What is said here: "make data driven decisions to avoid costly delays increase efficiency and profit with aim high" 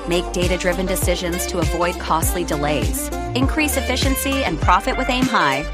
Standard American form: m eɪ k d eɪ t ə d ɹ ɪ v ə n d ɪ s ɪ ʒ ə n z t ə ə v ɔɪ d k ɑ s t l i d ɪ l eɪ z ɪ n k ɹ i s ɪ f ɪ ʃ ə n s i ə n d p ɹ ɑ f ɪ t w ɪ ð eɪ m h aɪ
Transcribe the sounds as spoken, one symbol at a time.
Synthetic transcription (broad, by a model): m eɪ k d eɪ t ə d ɹ ɪ v ə n d ɪ s ɪ ʒ ə n z t ə ə v ɔɪ d k ɑ s t l i d ɪ l eɪ z ɪ n k ɹ i s ɪ f ɪ ʃ ə n s i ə n p ɹ ɑ f ɪ t w ɪ ð eɪ m h aɪ